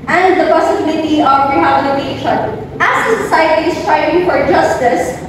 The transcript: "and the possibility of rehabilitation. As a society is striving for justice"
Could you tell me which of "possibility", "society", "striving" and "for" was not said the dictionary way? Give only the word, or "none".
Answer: striving